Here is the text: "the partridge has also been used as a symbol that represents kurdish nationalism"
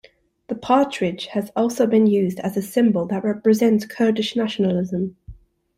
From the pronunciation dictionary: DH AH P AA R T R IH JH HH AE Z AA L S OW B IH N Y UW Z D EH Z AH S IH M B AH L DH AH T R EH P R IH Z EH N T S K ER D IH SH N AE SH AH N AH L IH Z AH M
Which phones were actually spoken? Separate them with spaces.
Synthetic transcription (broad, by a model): DH AH P AA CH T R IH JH HH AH Z AA L S OW B IH N Y UW Z D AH Z AH S IH M B AH L DH AH T R EH P R IH Z EH N T S K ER D IH SH N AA SH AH N AH L IH Z AH M